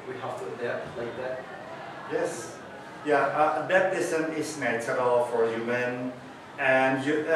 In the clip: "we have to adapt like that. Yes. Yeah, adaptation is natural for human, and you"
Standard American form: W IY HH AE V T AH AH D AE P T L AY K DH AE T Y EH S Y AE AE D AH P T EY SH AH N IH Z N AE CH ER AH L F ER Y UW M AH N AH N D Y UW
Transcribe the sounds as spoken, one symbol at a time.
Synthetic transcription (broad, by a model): W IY HH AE F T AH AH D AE L AY K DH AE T Y EH S Y AE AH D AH T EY S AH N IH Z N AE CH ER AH L F ER Y UW M AH N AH N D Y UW